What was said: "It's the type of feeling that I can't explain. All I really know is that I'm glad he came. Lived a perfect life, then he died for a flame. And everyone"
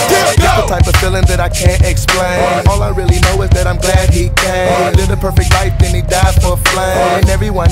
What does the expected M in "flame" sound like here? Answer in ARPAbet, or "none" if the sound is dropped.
none